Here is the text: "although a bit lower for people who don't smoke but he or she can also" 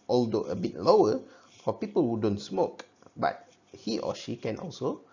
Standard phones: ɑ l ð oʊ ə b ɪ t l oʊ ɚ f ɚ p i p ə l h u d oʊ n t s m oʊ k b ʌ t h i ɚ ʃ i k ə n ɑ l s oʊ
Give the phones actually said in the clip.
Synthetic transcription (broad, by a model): ɑ l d oʊ ə b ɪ t l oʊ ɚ f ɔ p i p ə l h u d oʊ n t s m oʊ k b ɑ t h i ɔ ʃ i k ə n ɑ l s oʊ